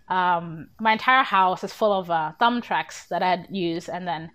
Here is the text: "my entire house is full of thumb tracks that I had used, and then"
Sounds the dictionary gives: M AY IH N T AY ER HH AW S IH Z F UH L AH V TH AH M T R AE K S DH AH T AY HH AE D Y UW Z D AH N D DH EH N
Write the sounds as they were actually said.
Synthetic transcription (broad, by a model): M AY IH N T AY ER HH AW S IH Z F UH L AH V TH AH M T R AE K S DH AH T AY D Y UW Z AH N DH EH N